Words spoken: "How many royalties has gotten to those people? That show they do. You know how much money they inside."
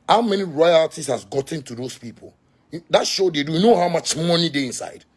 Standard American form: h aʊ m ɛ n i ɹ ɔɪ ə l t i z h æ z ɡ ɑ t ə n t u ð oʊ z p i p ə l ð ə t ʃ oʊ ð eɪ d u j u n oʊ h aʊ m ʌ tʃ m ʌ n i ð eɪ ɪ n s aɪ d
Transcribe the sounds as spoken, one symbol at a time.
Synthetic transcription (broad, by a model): h aʊ m ɛ n i ɹ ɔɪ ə t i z h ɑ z ɡ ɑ t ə n t u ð oʊ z p i p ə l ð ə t ʃ oʊ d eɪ d u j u n oʊ h aʊ m ʌ tʃ m ʌ n i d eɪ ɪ n s aɪ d